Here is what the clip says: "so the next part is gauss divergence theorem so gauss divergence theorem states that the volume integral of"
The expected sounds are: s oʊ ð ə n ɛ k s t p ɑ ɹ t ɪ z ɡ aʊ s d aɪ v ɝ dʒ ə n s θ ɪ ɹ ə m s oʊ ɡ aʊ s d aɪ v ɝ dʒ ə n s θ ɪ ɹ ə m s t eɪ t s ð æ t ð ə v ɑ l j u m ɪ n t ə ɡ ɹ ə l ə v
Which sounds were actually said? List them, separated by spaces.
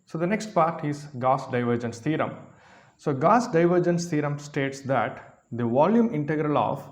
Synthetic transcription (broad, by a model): s oʊ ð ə n ɛ k s t p ɑ ɹ t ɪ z ɡ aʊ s d aɪ v ɝ dʒ ə n s t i ɹ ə m s oʊ ɡ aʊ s d aɪ v ɝ dʒ ə n s t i ɹ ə m s t eɪ t s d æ t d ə v ɑ l j u m ɪ n t ə ɡ ɹ ə l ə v